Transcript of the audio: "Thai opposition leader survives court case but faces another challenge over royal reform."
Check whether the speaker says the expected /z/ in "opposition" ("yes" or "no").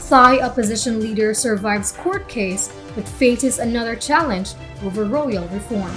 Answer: yes